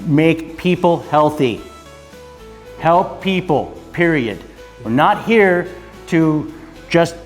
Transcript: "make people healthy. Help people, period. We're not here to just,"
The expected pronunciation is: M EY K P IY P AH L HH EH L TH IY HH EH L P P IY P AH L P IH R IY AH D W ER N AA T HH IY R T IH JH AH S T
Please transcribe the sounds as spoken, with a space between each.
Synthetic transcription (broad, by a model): M EY K P IY P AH L HH EH L TH IY HH EH L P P IY P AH L P IH R IY AH D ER N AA T HH IY R T IH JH AH S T